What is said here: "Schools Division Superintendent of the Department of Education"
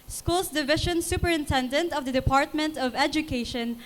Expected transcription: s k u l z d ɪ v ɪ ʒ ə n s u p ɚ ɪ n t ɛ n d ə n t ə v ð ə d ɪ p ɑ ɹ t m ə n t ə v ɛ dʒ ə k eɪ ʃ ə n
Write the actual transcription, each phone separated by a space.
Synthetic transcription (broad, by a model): s k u l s d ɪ v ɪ ʃ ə n s u p ɚ ɪ n t ɛ n d ə n t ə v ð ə d ɪ p ɑ ɹ t m ə n t ə v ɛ dʒ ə k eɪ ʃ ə n